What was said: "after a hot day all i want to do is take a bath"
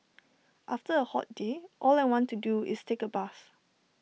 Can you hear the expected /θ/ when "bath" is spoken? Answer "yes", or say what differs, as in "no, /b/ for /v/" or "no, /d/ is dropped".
no, /s/ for /θ/